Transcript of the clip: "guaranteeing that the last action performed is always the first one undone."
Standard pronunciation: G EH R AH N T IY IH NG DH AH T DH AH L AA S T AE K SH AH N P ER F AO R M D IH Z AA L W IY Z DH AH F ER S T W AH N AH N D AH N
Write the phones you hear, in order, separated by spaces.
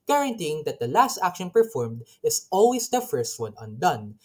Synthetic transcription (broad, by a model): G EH R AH N T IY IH NG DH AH T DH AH L AA S T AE K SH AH N P ER F AO R M D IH S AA L W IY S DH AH F ER S T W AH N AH N D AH N